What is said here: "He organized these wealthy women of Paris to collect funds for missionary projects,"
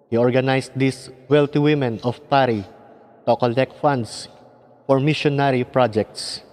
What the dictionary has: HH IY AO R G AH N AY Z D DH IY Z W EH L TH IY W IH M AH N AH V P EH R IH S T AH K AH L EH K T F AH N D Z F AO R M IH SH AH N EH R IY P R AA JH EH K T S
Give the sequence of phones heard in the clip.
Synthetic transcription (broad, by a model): HH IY AO R G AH N AY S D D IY S W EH L T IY W IH M AH N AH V P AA R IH T AH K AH L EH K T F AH N D S F AO R M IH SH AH N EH R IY P R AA JH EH K T S